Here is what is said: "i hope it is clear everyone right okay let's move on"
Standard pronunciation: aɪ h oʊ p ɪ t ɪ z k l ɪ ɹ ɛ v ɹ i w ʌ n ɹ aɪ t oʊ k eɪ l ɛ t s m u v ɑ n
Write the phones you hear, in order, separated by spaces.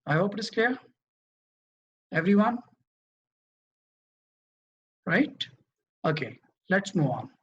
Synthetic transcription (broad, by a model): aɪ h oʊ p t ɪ s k ɛ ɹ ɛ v ɹ i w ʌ n ɹ aɪ t oʊ k eɪ l ɛ t s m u ɑ n